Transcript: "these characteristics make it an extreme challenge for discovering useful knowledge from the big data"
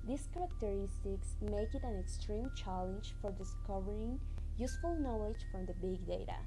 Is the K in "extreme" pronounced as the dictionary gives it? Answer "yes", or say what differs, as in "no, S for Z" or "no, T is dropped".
yes